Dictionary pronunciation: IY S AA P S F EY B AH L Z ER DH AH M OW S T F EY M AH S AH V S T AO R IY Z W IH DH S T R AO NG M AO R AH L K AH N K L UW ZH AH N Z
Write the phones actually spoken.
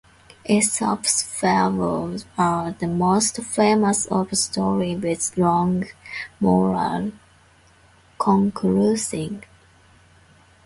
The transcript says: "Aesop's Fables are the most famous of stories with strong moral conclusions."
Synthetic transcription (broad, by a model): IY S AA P S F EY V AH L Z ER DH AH M OW S T F EY M AH S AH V S T AO R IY W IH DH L AO NG M AO R AH L K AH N K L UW S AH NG